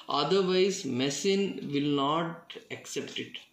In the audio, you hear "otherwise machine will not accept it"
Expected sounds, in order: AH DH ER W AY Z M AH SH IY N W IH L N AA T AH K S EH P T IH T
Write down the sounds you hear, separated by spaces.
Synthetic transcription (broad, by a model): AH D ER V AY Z M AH S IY N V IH L N AA T AH K S EH P T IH T